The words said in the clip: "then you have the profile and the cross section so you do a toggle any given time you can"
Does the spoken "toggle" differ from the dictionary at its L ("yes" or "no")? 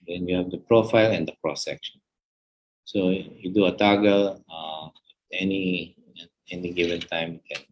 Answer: yes